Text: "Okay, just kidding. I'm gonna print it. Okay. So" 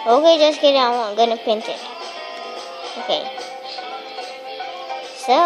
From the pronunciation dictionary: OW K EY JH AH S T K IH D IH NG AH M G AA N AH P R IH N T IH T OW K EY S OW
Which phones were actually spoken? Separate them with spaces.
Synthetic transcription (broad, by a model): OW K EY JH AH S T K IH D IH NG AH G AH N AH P IH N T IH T OW K EY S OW